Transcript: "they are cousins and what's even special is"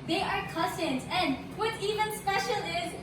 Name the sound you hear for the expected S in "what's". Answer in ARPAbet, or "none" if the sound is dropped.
none